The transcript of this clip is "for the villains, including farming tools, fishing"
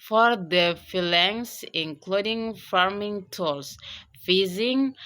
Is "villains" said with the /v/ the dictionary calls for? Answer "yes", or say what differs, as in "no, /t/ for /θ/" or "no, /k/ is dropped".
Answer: no, /f/ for /v/